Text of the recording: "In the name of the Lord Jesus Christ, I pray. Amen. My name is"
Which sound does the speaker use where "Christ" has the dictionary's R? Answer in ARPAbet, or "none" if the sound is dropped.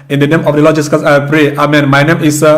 none